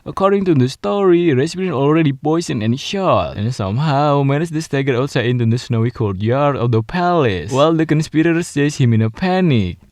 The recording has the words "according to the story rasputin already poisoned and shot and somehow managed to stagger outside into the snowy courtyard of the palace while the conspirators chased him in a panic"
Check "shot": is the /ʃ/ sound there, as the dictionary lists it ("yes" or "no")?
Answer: yes